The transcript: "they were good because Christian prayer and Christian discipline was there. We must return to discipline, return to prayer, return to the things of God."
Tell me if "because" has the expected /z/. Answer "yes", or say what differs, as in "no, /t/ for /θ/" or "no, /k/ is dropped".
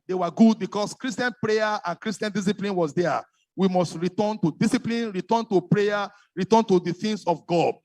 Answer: no, /s/ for /z/